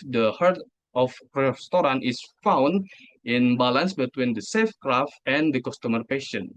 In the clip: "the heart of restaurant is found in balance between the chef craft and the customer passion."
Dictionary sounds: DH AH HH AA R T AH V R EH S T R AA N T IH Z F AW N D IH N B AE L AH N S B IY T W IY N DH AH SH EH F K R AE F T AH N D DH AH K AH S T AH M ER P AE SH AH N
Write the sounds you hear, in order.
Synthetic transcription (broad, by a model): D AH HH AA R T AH F R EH S T R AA N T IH S F AW N D IH N B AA L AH N S B IY T W IY N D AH S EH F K R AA F T AH N D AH K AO S T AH M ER P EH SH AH N